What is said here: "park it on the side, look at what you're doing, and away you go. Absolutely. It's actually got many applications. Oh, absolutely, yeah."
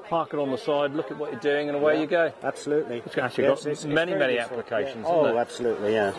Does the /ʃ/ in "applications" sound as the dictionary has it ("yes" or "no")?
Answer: yes